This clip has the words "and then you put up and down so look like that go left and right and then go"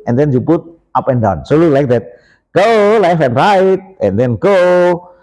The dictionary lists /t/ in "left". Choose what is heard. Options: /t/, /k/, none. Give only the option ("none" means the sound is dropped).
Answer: none